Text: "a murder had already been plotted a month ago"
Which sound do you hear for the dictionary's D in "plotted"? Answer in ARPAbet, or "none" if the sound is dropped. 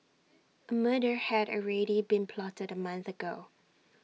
D